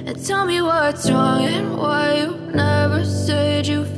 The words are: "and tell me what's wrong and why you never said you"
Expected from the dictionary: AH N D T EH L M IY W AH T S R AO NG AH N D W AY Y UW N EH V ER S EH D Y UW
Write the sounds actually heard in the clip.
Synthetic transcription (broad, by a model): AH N T EH L M IY W AH T S R AO NG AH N W AY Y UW N EH V ER S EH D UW